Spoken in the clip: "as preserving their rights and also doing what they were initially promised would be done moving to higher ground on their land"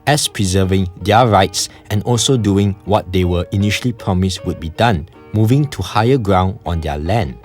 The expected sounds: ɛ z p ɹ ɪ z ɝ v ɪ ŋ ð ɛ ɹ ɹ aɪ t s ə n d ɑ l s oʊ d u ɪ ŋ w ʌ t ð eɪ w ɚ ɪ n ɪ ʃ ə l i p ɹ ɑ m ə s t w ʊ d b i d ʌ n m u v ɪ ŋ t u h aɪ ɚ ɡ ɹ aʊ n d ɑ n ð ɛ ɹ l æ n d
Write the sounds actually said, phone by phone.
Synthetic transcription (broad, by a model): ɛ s p ɹ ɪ z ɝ v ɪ ŋ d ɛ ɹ ɹ aɪ t s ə n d ɑ l s oʊ d u ɪ ŋ w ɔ t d eɪ w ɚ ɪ n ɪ ʃ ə l i p ɹ ɑ m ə s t w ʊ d b i d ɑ n m u v ɪ ŋ t u h aɪ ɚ ɡ ɹ aʊ n d ɑ n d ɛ l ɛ n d